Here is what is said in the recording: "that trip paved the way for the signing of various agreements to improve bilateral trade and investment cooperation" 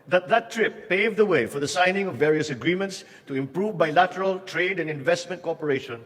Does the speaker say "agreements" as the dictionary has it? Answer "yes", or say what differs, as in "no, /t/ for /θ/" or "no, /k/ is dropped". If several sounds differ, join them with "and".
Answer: yes